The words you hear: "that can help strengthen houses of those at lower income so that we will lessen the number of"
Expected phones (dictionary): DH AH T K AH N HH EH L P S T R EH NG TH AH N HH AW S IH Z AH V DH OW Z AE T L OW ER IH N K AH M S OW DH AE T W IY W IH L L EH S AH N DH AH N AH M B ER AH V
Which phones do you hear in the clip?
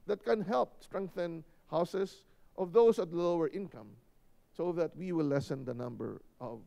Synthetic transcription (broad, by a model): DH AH T K AH N HH EH L P S T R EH NG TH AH N HH AW S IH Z AH V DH OW S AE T L OW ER IH N K AH M S OW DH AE T W IY W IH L L EH S AH N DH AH N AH M B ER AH V